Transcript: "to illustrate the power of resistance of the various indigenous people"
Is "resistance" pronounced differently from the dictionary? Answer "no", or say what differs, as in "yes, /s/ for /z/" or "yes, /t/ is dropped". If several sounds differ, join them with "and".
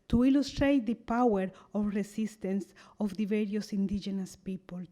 yes, /s/ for /z/